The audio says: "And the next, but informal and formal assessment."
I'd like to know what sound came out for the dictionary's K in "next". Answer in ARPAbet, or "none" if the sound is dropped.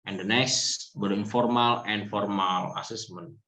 none